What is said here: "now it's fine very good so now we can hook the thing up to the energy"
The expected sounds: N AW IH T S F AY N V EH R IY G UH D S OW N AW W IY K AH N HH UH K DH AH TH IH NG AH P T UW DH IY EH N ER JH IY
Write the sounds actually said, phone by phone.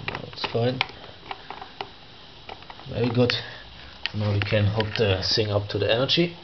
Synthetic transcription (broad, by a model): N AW IH T S F AY N V EH R IY G UH D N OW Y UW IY K AH N HH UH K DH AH S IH NG AH P T UW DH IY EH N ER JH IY